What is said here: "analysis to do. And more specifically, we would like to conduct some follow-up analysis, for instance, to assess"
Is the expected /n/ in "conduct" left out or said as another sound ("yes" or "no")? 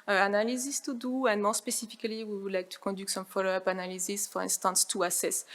yes